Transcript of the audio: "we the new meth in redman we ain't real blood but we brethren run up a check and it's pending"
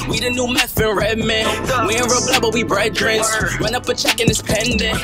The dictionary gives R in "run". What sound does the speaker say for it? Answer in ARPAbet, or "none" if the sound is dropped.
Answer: W